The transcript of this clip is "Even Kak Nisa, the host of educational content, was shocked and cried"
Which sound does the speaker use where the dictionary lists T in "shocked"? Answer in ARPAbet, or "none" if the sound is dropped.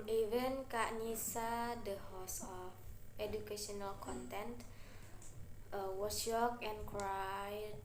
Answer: none